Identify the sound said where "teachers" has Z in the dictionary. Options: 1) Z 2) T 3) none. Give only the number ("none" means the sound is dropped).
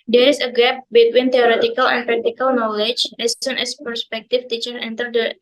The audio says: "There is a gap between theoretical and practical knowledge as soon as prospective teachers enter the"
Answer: 3